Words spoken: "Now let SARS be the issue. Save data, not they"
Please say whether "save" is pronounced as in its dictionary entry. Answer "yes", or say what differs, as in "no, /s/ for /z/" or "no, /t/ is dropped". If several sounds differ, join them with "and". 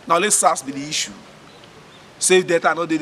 no, /f/ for /v/